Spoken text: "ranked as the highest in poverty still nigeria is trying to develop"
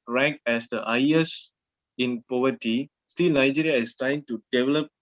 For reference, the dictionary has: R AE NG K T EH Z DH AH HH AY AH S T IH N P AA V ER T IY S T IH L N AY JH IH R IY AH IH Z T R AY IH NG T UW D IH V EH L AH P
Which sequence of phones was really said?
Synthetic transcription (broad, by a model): R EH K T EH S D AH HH AY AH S IH N P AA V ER T IY S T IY L N AY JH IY R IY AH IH S T R AY IH NG T UW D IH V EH L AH P